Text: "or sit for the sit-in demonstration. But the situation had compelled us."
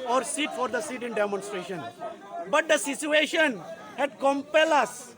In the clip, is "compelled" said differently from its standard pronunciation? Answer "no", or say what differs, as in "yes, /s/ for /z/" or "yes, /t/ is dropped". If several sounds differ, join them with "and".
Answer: yes, /d/ is dropped